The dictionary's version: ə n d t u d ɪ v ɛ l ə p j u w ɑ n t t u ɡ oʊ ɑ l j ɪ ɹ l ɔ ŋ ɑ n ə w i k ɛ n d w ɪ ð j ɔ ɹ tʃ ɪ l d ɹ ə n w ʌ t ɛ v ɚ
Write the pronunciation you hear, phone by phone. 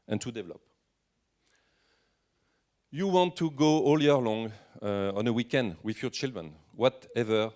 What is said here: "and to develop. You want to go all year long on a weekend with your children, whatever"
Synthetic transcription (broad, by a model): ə n t u d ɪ v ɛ l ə p j u w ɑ n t t u ɡ oʊ ɑ l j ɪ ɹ l ɔ ŋ ɑ n ə w i k ɛ n d w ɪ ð j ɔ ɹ tʃ ɪ l d ɹ ə n w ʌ t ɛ v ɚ